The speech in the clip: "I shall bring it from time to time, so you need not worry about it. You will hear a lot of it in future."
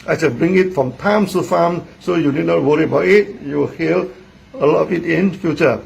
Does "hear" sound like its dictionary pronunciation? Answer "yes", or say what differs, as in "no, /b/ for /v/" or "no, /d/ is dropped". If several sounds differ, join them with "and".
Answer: no, /l/ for /ɹ/